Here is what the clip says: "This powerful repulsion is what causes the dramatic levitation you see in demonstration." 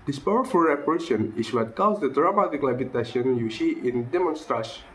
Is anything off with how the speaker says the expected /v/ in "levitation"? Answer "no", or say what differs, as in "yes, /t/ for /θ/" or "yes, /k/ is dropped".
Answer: yes, /b/ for /v/